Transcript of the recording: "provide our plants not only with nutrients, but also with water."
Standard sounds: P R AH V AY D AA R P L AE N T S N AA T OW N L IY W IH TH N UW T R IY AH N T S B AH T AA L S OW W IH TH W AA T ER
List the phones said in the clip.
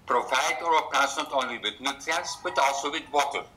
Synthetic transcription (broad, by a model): P R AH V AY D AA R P AE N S N AA T OW N L IY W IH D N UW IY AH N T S B AH T AA L S OW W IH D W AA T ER